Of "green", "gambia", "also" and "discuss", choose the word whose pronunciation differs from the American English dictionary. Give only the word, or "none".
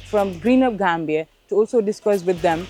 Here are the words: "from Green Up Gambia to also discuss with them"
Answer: none